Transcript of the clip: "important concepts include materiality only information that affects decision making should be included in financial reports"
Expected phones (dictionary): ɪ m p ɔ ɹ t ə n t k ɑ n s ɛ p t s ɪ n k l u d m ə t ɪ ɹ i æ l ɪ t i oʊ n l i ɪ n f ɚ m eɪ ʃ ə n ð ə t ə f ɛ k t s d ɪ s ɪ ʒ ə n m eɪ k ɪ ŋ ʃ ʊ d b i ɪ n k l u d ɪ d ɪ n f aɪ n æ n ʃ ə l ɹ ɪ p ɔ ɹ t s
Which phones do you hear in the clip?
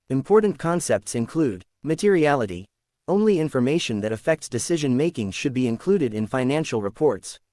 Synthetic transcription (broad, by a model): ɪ m p ɔ ɹ t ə n k ɑ n s ɛ p t s ɪ n k l u d m ə t ɪ ɹ i æ l ɪ t i oʊ n l i ɪ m f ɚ m eɪ ʃ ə n ð ə t ə f ɛ k t s d ɪ s ɪ ʒ ə n m eɪ k ɪ ŋ ʃ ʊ d b i ɪ n k l u d ɪ d ɪ n f aɪ n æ n ʃ l ɹ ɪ p ɔ ɹ t s